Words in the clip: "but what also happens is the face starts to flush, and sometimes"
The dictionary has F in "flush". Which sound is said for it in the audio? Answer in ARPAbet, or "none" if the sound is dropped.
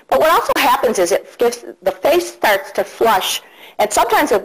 F